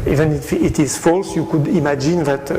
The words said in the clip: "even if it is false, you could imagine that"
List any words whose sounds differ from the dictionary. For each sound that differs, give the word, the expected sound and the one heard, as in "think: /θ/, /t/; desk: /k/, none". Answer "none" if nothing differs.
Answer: none